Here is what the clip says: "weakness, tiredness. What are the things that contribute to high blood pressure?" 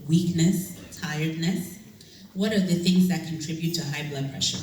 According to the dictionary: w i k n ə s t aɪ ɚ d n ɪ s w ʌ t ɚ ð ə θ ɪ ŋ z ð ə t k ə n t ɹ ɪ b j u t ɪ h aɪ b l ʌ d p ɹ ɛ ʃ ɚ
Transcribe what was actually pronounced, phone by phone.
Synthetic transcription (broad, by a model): w i k n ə s t aɪ ɚ d n ɪ s w ʌ t ɚ ð ə θ ɪ ŋ z ð ə t k ə n t ɹ ɪ b j u t ɪ h aɪ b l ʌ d p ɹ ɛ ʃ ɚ